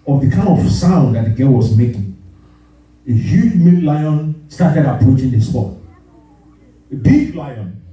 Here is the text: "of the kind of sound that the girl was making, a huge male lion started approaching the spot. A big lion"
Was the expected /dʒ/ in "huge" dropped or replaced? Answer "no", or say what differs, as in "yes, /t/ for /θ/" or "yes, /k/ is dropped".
no